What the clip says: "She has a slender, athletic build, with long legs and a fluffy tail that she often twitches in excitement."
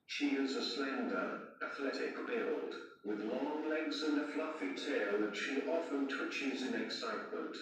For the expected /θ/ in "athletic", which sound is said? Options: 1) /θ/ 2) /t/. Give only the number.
1